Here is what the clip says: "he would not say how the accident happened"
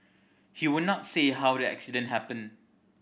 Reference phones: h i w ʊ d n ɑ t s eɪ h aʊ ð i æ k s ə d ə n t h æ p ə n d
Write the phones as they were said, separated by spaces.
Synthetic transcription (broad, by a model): h i w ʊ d n ɑ t s eɪ h aʊ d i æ k s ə d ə n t h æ p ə n